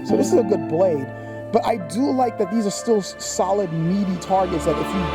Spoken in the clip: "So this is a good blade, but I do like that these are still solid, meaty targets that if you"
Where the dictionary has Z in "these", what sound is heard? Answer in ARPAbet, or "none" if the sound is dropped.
Z